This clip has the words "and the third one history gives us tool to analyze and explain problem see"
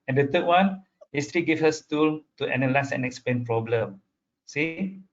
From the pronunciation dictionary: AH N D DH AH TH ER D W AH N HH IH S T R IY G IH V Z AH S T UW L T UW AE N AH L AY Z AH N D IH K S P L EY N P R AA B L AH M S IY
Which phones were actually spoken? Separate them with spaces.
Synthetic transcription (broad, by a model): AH N D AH T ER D W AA N HH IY S T R IY G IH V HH AH S T UW L T UW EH N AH L AY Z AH N IH K S P L EY N P R AA B L AH M S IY